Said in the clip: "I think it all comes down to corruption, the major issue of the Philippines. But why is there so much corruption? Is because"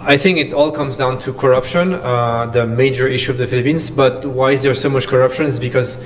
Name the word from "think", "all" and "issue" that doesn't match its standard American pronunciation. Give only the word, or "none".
none